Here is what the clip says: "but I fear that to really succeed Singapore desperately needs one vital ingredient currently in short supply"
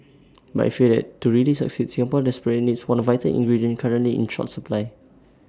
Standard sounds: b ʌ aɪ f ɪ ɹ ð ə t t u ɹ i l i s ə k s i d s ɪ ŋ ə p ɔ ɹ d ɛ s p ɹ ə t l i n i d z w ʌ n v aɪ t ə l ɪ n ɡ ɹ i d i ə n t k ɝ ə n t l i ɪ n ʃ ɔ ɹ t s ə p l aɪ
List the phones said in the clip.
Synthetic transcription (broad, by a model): b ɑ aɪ f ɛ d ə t t u ɹ i l i s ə k s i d s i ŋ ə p ɔ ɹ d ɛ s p ə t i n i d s w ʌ n v aɪ t ə l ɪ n ɡ ɹ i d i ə n k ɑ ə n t l i ɪ n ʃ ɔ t s ə p l aɪ